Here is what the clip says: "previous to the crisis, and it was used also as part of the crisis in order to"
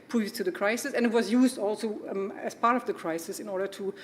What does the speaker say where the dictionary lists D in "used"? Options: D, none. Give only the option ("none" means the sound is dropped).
D